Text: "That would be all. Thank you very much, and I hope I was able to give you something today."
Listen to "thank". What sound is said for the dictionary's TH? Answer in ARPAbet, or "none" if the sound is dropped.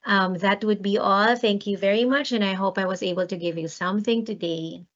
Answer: TH